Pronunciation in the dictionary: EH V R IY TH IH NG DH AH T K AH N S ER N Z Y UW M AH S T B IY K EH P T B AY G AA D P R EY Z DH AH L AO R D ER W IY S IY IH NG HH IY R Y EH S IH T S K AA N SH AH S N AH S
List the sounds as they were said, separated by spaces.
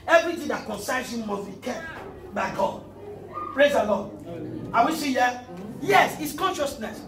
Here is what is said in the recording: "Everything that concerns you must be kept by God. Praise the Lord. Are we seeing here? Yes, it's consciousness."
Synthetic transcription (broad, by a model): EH V R IY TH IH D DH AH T K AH N S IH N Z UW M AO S B IY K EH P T B AY G AA D P R EY Z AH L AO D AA W IY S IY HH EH Y EH S IH T S K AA N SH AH S N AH S